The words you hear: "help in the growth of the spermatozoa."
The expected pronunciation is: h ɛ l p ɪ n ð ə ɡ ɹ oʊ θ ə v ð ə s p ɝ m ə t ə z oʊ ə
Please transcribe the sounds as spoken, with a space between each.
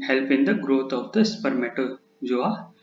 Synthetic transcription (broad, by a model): h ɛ l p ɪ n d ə ɡ ɹ oʊ t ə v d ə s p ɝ m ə t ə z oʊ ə